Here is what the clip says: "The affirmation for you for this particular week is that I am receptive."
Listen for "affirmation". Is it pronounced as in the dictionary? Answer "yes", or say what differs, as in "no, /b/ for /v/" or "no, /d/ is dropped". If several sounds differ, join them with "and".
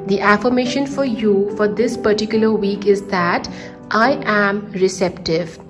yes